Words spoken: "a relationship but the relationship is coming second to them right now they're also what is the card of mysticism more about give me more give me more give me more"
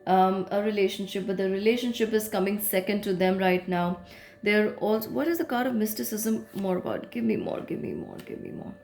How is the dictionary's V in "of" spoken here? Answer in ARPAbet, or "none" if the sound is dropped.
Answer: V